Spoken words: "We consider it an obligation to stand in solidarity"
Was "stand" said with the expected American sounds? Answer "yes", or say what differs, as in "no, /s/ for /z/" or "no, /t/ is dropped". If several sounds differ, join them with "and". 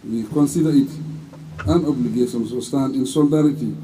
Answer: no, /d/ is dropped